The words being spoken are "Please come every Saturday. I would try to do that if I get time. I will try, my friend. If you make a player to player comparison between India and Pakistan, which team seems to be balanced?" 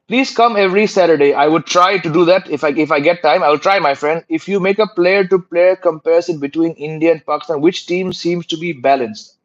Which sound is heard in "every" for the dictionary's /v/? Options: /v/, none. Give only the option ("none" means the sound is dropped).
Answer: /v/